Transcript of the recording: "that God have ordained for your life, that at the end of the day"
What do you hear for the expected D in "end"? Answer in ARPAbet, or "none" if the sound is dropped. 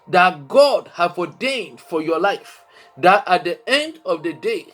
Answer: D